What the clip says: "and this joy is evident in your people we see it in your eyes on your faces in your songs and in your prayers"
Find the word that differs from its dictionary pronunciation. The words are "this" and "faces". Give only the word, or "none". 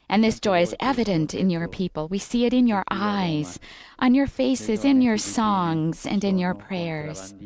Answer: none